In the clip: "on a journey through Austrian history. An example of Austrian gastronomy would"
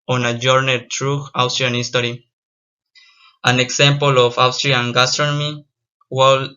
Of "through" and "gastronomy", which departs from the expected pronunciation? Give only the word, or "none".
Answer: through